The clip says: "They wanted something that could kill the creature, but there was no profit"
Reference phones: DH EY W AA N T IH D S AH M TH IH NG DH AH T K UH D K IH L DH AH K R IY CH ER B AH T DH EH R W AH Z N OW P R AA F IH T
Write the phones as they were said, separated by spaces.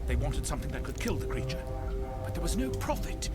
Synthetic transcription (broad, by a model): DH EY W AA N T IH D S AH M TH IH NG DH AH T K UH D K IH L DH AH K R IY CH ER B AH T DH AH R W AH Z N OW P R AA F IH T